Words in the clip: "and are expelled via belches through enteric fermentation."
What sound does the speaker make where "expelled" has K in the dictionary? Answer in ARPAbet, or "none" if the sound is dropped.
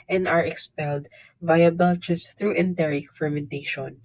K